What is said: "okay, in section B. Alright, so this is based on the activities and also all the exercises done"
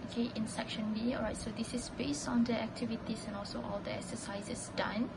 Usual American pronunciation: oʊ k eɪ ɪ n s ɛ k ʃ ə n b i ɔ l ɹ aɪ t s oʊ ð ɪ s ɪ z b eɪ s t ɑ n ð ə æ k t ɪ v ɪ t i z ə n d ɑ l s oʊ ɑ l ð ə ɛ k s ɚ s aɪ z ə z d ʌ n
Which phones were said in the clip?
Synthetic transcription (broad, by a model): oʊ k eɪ ɪ n s ɛ k ʃ ə n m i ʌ ɹ aɪ t s oʊ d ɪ s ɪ s b eɪ s t ɑ n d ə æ k t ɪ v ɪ t i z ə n ɑ l s oʊ ɑ l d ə ɛ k s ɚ s aɪ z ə s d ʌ n